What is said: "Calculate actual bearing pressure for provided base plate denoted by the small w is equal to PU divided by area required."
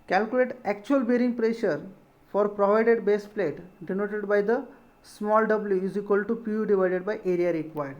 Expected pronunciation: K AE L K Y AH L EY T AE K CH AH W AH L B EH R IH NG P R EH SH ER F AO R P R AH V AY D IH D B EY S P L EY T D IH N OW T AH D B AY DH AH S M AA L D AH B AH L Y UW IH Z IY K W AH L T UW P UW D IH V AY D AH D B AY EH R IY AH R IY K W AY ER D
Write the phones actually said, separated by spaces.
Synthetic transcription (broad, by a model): K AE L K Y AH L EY T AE K CH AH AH L B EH R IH NG P R EH SH ER F AO R P R AH V AY D IH D B EY S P L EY T D IH N OW T AH D B AY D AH S M AA L D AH B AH L Y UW IH Z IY K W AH L T UW P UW D IH V AY D AH D B AY EH R IY AH R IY K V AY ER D